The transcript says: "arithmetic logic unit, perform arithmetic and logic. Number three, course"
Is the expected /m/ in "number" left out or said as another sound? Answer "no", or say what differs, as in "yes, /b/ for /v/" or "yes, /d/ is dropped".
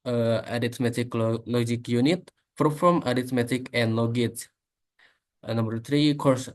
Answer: no